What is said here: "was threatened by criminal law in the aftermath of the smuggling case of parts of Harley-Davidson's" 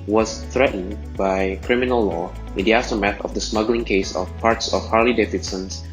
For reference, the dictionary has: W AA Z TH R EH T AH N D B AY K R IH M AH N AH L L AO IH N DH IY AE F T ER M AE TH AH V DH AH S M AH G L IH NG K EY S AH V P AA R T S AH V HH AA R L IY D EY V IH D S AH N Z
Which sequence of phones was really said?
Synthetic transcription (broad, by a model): W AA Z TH R EH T N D B AY K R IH M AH N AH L L AO IH N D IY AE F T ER M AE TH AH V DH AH S M AH G L IH NG K EY S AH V P AA R T S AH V HH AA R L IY D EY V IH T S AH N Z